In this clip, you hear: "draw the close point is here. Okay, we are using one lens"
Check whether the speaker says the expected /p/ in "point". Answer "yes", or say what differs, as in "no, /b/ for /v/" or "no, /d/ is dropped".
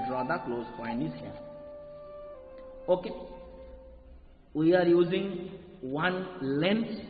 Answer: no, /f/ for /p/